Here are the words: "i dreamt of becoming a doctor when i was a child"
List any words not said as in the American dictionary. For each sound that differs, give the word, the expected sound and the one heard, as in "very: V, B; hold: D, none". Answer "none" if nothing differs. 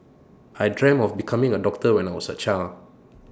dreamt: T, none; of: V, F; was: Z, S; child: D, none